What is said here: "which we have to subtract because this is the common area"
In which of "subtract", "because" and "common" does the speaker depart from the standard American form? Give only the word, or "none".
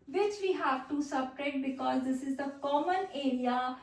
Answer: subtract